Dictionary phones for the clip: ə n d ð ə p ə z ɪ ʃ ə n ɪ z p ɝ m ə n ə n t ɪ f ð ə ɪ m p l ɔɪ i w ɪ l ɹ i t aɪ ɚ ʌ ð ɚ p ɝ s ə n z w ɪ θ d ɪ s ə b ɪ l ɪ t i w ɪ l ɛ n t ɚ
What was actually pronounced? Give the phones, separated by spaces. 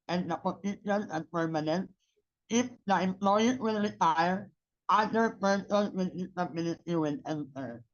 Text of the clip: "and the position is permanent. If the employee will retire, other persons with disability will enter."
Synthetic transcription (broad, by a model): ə n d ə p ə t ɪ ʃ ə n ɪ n p ɝ m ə n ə n t ɪ f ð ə ɪ m p l ɔɪ i w ɪ l ɹ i t aɪ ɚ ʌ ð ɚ p ɝ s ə n w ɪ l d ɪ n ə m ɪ n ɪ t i w ɪ l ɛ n t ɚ